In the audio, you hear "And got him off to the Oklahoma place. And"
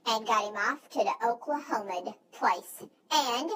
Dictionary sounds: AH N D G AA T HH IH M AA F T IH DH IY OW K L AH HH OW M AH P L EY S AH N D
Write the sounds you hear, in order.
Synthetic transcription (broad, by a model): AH N G AA T HH IH M AA F T IH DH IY OW K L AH HH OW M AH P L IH S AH N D